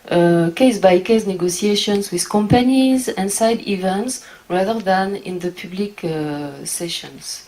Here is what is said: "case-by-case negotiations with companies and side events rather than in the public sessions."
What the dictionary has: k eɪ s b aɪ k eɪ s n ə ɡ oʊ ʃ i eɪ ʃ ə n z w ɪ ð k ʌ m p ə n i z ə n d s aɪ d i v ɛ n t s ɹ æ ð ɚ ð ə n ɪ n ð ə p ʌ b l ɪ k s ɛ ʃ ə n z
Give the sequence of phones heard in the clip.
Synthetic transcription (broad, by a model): k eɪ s b aɪ k eɪ s n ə ɡ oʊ s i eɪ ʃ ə n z w ɪ ð k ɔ m p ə n i z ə n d s aɪ d i v ɛ n t s ɹ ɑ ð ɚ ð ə n ɪ n ð ə p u b l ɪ k s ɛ ʃ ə n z